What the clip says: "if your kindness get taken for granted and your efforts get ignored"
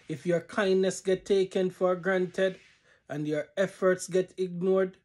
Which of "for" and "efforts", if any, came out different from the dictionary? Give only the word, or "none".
none